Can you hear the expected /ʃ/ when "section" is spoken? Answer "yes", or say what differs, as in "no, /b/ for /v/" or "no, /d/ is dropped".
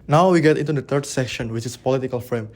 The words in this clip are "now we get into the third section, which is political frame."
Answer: yes